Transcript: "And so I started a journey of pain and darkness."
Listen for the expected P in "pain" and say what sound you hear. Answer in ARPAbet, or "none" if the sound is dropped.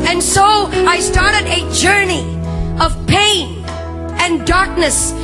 P